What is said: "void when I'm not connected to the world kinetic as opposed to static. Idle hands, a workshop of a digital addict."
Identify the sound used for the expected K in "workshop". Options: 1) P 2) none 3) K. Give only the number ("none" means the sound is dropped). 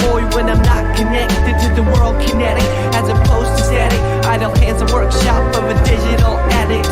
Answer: 3